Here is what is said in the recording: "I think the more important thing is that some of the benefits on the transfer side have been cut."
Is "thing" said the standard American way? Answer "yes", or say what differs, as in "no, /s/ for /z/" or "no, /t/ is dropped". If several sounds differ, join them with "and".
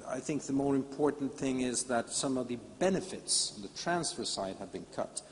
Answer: yes